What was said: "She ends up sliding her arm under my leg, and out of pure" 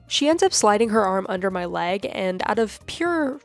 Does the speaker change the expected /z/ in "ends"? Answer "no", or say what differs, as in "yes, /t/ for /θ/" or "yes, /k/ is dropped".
no